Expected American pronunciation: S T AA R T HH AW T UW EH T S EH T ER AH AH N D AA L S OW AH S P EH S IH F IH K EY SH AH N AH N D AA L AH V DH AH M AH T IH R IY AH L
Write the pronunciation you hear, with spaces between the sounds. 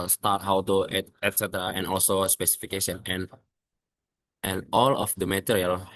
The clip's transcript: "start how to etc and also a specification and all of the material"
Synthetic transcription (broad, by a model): S T AA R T HH AW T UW EH T S EH T ER AH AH N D AA L S OW S P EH S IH F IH K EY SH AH N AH N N AA L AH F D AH M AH T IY R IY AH L